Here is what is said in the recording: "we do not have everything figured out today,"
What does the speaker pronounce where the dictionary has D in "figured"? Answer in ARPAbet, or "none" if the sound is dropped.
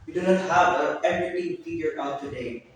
none